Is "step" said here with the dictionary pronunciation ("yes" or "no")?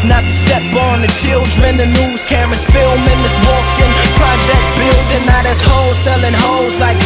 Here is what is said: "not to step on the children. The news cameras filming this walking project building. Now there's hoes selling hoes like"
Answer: no